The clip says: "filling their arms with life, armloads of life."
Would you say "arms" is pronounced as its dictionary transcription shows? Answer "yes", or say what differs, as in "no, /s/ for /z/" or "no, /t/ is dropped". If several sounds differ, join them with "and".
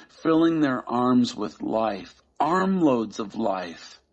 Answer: yes